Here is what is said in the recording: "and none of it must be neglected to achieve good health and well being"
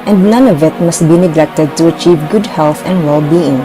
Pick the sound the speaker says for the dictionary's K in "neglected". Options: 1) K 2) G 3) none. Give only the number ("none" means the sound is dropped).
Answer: 1